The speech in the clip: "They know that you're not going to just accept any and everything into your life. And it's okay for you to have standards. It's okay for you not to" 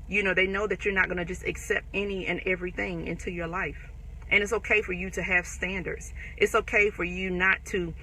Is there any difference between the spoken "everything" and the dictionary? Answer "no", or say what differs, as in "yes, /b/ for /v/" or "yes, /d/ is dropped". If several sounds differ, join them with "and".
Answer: no